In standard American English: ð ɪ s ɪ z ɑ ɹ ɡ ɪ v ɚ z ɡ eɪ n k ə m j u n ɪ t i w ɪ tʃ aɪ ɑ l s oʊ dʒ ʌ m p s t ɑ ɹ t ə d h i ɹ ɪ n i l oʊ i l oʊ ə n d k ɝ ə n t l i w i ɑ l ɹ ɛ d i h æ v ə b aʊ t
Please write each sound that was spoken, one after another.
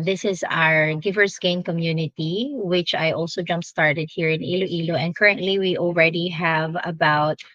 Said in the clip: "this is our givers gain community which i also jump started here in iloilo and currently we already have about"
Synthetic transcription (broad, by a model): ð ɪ s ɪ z ɑ ɹ ɡ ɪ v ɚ s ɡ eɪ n k ə m j u n ɪ t i w ɪ tʃ aɪ ɑ l s oʊ dʒ ʌ m p s t ɑ ɹ t ə d h i ɹ ɪ n i l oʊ i l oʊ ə n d k ɝ ə n t l i w i ɑ l ɹ ɛ d i h æ v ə b aʊ t